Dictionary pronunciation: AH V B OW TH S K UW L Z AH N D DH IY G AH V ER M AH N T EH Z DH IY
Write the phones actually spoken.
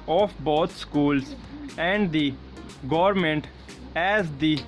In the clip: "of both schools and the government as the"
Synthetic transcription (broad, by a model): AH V B OW T S K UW L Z AH N D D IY G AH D M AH N T EH Z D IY